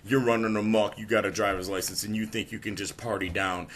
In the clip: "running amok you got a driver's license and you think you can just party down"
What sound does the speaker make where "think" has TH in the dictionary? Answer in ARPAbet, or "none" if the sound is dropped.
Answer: TH